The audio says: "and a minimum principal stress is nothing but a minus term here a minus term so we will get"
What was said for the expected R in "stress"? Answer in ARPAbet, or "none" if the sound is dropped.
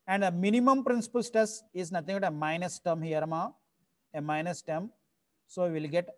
none